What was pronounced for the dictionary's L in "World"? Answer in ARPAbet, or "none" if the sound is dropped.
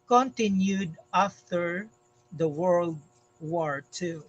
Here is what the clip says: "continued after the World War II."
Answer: L